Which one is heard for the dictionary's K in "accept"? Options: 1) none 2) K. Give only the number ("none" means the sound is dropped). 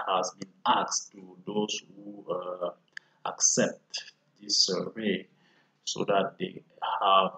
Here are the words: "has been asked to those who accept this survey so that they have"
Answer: 2